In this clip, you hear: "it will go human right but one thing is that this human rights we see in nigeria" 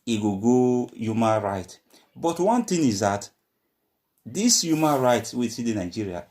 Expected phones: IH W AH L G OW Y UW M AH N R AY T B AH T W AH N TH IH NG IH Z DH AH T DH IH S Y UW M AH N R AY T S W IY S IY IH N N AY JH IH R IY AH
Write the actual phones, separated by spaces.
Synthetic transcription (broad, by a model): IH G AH G OW Y UW M AH N R AY T B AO T W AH N T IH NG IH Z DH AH T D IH S Y UW M AH N R AY T S W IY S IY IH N N AY JH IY R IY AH